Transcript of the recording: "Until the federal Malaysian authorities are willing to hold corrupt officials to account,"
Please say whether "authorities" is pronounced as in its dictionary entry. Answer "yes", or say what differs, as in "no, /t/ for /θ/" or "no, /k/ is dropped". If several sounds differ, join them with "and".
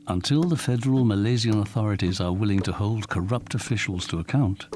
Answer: yes